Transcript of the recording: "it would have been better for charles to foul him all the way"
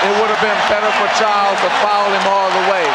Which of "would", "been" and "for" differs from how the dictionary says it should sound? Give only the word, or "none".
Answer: none